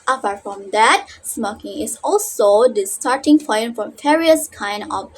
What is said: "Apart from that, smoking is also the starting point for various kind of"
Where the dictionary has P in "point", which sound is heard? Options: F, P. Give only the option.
F